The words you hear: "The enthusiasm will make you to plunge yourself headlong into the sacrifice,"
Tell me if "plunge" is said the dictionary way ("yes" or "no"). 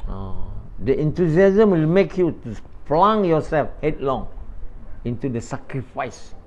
no